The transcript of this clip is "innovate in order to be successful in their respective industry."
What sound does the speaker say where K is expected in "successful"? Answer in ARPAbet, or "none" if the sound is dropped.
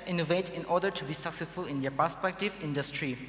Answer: K